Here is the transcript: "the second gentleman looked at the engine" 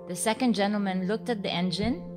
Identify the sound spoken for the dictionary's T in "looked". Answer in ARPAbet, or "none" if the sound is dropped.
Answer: T